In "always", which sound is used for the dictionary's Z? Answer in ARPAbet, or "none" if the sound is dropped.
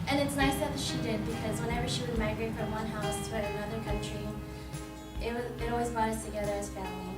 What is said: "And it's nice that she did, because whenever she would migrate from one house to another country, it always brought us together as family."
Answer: Z